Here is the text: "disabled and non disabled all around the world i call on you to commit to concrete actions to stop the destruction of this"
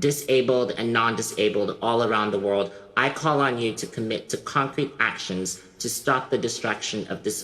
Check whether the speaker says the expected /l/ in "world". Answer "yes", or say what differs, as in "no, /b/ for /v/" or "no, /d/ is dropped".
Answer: yes